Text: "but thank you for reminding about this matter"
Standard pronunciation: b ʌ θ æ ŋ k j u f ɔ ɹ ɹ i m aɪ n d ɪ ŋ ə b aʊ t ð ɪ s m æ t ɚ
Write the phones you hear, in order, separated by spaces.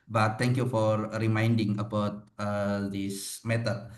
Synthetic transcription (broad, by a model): b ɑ t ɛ ŋ k j u f ɔ ɹ ɹ i m aɪ n d ɪ ŋ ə b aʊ t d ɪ s m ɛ t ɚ